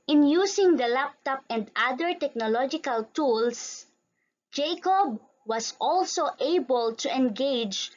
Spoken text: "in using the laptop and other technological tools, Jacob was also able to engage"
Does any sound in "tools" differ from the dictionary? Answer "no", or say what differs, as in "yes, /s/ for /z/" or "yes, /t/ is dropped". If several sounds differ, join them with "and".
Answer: yes, /s/ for /z/